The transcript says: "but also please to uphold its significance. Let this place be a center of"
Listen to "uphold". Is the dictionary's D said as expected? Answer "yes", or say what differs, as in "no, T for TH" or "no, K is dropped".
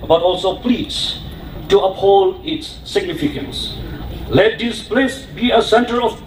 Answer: no, D is dropped